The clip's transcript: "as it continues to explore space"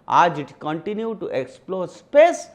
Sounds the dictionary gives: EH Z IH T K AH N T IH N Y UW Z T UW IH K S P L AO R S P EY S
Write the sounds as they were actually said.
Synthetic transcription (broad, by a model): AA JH IH T K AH N T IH N Y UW T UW IH K S P L AO R S P EY S